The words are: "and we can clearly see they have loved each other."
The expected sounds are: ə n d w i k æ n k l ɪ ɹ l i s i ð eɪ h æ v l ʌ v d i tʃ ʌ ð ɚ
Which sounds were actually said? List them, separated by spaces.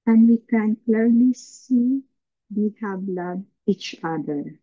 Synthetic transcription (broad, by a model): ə n d w i k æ n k l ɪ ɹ l i s i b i h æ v l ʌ d i tʃ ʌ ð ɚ